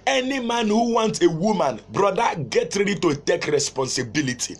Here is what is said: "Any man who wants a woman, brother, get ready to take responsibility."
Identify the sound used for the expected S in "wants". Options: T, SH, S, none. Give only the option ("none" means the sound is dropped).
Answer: none